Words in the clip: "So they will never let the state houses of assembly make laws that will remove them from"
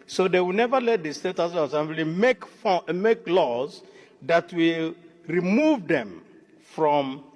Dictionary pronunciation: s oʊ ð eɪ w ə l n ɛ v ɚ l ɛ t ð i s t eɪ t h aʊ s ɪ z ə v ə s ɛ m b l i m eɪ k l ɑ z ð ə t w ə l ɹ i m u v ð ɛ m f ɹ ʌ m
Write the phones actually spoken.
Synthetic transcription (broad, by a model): s oʊ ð eɪ w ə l n ɛ v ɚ l ɛ t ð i s t eɪ t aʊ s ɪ ə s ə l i m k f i m eɪ k l ɑ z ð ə t w ə l ɹ i m u v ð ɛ m f ɹ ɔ m